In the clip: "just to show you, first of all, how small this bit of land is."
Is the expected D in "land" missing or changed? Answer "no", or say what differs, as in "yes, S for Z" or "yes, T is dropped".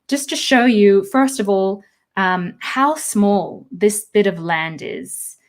no